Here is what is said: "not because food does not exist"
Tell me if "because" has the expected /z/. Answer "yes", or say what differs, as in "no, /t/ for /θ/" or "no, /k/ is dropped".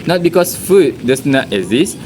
no, /s/ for /z/